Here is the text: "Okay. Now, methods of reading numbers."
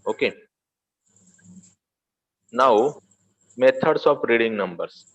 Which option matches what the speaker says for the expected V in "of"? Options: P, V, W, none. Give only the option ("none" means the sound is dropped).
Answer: P